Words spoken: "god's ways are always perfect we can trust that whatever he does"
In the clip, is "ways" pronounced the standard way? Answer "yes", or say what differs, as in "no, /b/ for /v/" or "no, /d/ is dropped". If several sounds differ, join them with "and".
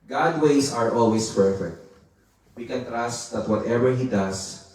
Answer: no, /s/ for /z/